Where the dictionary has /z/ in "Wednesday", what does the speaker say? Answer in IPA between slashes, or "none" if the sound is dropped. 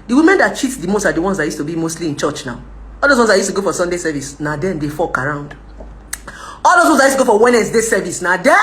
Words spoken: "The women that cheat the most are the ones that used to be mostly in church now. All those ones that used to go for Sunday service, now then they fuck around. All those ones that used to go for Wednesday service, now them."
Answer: /s/